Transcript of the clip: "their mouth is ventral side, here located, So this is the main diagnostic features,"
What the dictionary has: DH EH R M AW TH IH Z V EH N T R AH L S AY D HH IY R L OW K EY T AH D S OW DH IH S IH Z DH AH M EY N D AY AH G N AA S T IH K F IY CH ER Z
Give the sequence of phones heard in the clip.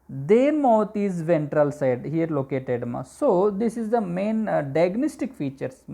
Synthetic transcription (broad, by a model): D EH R M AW T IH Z V EH N T R AH L S AY D HH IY R L OW K EY T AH D S OW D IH S IH Z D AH M EY N D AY G N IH S T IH K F IY CH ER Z